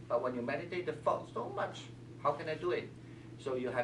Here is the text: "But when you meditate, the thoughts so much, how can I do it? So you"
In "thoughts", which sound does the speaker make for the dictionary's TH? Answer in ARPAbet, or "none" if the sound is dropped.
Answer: F